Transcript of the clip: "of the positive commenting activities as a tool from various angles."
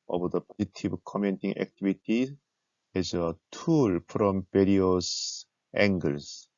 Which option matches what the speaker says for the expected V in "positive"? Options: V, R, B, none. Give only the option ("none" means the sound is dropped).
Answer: B